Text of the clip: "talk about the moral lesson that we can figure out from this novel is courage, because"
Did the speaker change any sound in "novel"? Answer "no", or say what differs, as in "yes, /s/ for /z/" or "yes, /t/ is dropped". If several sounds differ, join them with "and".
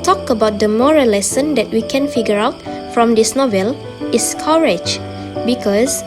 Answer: no